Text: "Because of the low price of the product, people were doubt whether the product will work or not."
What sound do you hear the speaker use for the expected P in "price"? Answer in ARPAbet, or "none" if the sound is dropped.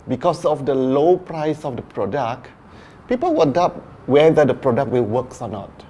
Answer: P